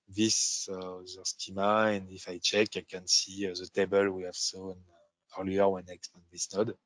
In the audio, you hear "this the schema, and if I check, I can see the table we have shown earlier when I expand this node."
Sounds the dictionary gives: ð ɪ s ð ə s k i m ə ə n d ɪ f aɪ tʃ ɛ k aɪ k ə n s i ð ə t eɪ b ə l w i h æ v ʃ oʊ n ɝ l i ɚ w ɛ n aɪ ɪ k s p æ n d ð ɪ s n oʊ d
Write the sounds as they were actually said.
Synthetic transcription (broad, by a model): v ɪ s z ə s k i m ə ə n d ɪ f aɪ tʃ ɛ k aɪ k ə n s i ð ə t eɪ b ə l w i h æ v s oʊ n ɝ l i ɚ w ɛ n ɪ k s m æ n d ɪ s n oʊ d